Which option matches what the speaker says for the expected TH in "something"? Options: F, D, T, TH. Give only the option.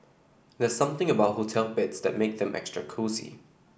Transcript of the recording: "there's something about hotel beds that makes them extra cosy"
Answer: TH